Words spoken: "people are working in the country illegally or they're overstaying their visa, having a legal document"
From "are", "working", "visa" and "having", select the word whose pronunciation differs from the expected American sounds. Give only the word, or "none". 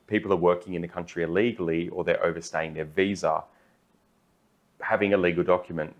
none